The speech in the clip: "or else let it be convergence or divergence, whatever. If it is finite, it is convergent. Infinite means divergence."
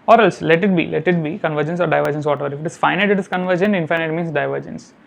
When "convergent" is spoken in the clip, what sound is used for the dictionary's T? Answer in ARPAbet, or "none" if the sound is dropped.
none